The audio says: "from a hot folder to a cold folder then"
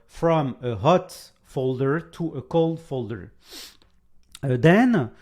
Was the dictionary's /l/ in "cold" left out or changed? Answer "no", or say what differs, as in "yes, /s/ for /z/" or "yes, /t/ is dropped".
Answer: no